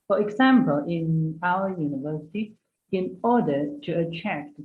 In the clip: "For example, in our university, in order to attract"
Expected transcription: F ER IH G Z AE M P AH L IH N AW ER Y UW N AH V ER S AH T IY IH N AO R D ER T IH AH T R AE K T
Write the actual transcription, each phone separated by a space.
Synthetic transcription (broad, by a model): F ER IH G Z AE M P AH L IH N AW ER Y UW N AH V ER S AH T IY IH N AO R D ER T IH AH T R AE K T